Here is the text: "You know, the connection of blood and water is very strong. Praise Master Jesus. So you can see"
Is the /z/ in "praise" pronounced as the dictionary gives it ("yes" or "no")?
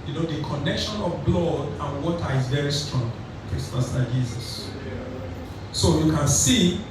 no